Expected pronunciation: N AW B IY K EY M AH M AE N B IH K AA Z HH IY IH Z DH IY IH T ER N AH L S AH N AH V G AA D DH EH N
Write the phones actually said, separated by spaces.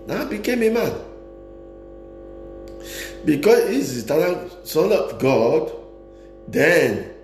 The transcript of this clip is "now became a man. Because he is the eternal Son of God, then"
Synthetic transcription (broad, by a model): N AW B IY K EY M AH M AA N B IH K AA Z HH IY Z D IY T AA L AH N S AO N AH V G AA D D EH N